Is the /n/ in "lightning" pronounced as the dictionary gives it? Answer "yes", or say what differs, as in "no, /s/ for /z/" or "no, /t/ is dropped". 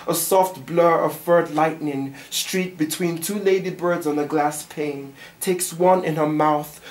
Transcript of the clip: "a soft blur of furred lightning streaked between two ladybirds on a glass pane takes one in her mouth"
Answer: yes